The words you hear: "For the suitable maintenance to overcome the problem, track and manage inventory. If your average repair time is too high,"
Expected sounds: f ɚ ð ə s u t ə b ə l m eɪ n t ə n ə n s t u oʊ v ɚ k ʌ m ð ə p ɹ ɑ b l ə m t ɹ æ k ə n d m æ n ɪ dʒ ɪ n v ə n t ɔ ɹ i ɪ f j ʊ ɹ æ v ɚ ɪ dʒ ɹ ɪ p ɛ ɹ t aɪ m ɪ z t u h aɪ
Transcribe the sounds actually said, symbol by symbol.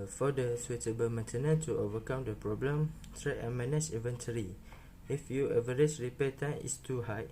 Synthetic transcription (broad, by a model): f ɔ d ə s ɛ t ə b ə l m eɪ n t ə n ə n t u oʊ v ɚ k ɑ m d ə p ɹ ɑ b l ə m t ɹ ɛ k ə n m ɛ n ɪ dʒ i v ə n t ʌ ɹ i ɪ f j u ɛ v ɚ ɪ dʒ ɹ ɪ p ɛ t aɪ m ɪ s t u h aɪ